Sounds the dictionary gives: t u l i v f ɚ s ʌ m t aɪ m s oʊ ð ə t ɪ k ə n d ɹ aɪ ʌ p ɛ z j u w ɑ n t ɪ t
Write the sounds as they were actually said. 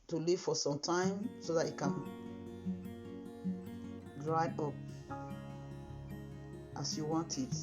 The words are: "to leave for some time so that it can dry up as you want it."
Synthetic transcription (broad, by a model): t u l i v f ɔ s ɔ m t aɪ m s oʊ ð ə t ɪ k ə n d ɹ aɪ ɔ p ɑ s j u w ɑ n t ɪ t